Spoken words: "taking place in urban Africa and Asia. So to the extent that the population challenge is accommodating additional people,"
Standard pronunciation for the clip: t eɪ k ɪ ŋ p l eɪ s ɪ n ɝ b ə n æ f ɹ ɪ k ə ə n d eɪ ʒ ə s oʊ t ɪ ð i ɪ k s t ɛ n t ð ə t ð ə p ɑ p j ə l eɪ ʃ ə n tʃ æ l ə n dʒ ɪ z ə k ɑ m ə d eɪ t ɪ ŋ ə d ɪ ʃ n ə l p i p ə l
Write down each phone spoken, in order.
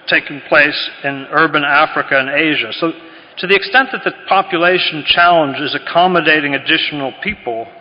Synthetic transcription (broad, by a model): t eɪ k ɪ ŋ p l eɪ s ɪ n ɝ b ə n æ f ɹ ɪ k ə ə n eɪ ʒ ə s oʊ t ɪ ð i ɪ k s t ɛ n ð ə t ð ə p ɑ p j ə l eɪ ʃ n tʃ æ l ə n dʒ ɪ z ə k ɑ m ə d eɪ t ɪ ŋ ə d ɪ ʃ n l p i p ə l